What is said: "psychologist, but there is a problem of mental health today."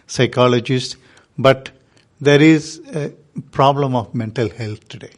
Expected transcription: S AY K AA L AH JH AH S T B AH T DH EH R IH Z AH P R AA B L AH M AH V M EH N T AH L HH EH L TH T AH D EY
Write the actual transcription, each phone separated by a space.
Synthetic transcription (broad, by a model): S AY K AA L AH JH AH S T B AH T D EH R IH Z AH P R AA B L AH M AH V M EH N T AH L HH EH L T T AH D EY